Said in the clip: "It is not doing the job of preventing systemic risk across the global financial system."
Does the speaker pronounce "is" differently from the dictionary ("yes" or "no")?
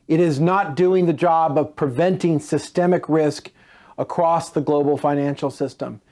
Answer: no